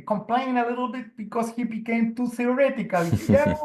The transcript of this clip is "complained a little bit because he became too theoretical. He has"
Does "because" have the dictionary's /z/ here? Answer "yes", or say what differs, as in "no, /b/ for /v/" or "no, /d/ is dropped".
no, /s/ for /z/